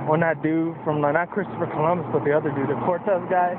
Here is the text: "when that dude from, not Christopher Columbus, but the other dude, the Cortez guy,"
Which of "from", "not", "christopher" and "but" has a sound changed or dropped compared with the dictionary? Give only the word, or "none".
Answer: not